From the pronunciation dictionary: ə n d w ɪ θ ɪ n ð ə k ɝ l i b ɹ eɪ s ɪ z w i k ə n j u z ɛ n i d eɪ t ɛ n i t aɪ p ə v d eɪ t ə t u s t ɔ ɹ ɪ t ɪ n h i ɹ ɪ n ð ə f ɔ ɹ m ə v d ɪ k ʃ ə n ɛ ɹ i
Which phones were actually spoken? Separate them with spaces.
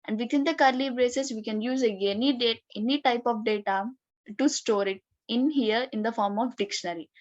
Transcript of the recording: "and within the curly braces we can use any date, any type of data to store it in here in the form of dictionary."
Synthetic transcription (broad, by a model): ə n d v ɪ t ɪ n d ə k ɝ l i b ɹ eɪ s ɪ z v i k ə n j u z ɛ n i d eɪ t ɛ n i t aɪ p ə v d eɪ t ə t u s t ɔ ɹ ɪ t ɪ n h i ɹ ɪ n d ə f ɔ ɹ m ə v d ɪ k ʃ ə n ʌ ɹ i